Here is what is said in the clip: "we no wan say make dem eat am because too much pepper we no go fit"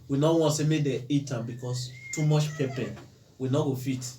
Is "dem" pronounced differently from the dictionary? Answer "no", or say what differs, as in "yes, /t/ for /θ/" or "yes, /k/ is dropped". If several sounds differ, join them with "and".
yes, /m/ is dropped